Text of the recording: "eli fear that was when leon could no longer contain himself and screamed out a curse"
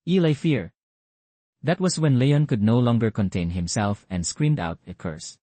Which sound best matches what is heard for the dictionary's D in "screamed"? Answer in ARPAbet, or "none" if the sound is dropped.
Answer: D